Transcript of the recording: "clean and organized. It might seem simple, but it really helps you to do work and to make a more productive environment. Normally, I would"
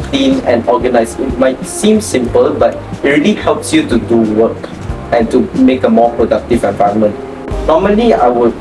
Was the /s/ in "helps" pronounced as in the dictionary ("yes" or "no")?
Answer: yes